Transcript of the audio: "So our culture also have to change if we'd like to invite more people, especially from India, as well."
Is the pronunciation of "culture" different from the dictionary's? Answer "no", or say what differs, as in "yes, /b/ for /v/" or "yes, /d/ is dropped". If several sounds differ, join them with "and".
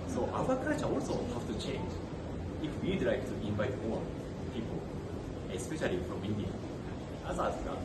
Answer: yes, /l/ is dropped